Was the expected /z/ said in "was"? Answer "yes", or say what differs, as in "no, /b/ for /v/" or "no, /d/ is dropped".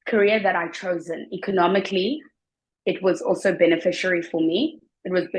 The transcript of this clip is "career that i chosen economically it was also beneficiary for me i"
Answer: yes